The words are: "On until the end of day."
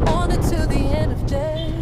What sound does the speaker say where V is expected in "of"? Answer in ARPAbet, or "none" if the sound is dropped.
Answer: V